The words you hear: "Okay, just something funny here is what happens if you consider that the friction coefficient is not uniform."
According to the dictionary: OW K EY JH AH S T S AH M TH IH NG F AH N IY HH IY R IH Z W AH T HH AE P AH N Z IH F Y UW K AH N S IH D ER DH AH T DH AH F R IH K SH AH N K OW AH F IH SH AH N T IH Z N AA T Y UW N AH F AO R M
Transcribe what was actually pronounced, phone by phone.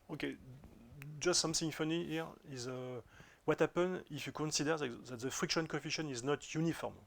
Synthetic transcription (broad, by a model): OW K EY JH AH S T S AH M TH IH NG F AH N IY HH IY R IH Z W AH T HH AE P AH N IH F Y UW K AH N S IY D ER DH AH T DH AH F R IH K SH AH N K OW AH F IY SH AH N IH Z N AA T Y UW N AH F AO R M